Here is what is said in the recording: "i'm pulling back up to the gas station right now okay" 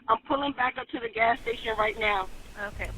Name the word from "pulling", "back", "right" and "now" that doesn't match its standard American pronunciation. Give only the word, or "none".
none